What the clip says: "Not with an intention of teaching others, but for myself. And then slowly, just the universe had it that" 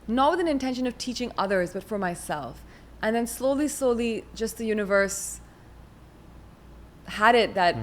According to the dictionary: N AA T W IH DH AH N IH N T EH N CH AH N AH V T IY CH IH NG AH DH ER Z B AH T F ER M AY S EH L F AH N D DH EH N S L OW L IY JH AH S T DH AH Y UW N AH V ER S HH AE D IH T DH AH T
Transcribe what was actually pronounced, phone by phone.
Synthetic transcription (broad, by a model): N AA T W IH DH AH N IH N T EH N SH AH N AH V T IY CH IH NG AH DH ER Z B AH T F ER M AY S EH L F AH N DH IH N S L OW L IY JH AH S T DH AH Y UW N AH V ER S HH AE D IH T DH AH T